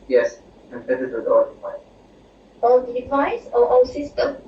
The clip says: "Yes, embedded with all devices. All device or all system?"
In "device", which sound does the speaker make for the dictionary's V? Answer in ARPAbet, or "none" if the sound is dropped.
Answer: P